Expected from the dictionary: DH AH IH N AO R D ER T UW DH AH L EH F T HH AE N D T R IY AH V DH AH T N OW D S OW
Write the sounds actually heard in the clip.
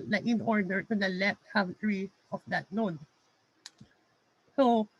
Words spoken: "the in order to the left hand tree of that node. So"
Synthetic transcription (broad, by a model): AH IH N AO R D ER T UW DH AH L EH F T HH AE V T R IY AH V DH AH T L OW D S OW